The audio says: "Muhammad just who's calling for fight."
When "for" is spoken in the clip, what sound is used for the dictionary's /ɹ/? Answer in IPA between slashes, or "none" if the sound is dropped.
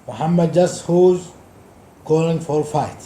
/l/